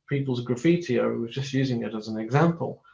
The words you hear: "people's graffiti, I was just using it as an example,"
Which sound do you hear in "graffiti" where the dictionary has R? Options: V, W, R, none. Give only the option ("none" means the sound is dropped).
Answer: R